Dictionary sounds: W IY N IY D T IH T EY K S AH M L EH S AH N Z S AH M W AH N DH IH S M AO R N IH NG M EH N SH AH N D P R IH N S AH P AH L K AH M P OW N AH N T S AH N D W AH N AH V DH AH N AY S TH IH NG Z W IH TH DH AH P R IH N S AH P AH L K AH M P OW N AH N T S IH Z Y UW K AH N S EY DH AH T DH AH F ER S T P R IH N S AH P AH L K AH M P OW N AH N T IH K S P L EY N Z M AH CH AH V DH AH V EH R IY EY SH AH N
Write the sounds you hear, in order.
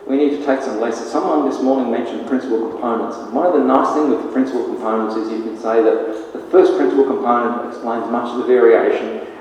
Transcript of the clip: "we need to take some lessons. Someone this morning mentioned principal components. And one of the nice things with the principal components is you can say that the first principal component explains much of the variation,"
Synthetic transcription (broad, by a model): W IY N IY D T IH T EY K S AH M L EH S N S AH M W AH N DH IH S M AO R N IH NG M EH N SH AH N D P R IH N S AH P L K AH M P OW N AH N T S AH N W AH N AH V DH AH N AY S TH IH NG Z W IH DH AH P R IH N S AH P L K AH M P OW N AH N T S IH Z Y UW K AH N S EY DH AH T DH AH F ER S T P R IH N S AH P L K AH M P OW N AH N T IH K S P L EY N Z M AH CH AH V DH AH V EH R IY EY SH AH N